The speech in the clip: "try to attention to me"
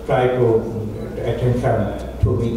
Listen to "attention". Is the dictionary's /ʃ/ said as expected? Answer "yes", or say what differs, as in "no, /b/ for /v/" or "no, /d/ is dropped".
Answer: no, /s/ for /ʃ/